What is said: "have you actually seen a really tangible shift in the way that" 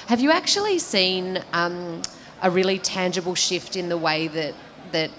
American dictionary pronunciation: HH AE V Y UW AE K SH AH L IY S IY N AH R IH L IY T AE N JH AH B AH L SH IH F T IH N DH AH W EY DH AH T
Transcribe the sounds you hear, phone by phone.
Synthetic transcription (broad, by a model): HH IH V Y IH AE K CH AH L IY S IY N AH R IH L IY T AE N JH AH B L SH IH F T IH N DH AH W EY DH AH T